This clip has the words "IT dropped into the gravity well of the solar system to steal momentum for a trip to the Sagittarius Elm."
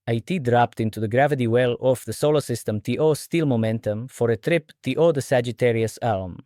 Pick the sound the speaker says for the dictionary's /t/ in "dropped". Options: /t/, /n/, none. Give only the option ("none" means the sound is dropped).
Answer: /t/